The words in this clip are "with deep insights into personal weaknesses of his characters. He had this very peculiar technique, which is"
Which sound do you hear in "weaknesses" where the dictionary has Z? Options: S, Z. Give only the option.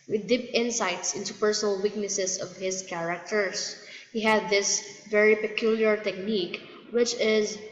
S